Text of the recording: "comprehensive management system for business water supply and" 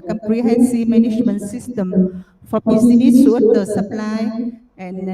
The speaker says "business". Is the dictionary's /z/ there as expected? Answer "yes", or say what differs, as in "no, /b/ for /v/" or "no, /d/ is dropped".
no, /s/ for /z/